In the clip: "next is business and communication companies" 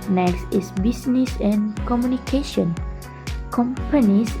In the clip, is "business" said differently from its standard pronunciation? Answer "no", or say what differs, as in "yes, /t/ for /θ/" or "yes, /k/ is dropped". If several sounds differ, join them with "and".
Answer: yes, /s/ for /z/